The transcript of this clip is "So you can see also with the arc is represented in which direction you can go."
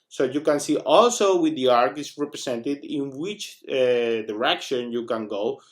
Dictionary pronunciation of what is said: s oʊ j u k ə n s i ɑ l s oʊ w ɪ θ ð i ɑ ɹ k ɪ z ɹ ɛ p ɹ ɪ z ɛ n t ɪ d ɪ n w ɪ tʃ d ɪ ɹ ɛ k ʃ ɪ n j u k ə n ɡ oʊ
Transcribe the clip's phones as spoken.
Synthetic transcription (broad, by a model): s oʊ j u k ə n s i ɑ l s oʊ w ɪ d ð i ɑ ɹ k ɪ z ɹ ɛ p ɹ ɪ s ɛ n t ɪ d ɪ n w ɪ tʃ d ɪ ɹ ɛ k ʃ ɪ n j u k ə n ɡ oʊ